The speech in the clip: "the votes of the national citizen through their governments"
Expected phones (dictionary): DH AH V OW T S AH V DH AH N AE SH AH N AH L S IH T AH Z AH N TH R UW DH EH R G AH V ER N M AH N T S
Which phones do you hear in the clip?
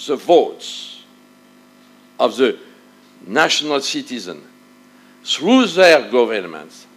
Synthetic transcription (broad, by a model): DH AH V OW T S AH V DH AH N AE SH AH N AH L S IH T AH Z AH N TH R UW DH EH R G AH V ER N M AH N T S